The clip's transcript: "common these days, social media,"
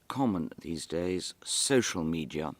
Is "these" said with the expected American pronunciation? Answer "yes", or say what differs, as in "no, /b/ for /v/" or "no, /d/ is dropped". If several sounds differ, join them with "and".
yes